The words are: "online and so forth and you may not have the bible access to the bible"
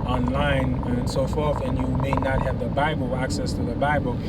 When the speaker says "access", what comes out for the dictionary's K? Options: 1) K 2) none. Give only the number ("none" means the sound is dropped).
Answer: 1